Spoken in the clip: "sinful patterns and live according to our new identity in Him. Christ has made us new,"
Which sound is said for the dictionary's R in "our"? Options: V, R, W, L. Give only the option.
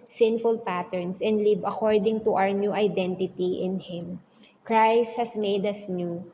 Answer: R